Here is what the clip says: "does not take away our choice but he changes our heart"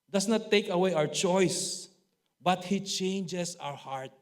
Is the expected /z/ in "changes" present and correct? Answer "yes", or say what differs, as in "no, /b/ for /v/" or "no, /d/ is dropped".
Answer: no, /s/ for /z/